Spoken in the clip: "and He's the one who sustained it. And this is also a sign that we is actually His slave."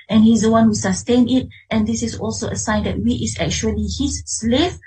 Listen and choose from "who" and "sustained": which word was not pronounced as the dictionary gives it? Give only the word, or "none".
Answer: sustained